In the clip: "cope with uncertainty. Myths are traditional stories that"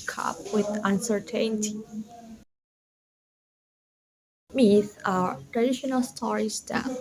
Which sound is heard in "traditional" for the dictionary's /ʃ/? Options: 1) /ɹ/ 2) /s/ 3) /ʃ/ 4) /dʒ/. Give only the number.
3